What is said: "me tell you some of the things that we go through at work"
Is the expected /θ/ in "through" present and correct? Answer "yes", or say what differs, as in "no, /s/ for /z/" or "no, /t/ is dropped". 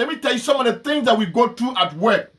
no, /t/ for /θ/